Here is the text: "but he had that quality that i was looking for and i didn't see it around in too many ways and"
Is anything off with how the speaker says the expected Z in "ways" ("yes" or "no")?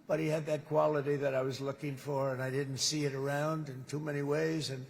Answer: no